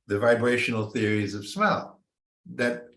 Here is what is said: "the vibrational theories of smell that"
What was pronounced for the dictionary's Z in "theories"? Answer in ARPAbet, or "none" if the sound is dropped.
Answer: Z